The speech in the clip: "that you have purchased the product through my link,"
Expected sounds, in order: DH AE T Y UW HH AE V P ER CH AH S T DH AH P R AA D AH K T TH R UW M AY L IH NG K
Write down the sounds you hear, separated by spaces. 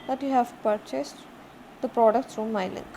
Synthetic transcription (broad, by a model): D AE T Y UW HH AE V P ER CH AH S T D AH P R AA D AH K T S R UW M AY L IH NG